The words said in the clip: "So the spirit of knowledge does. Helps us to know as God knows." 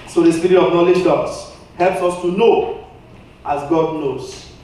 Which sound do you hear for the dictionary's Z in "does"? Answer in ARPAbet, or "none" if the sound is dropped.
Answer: S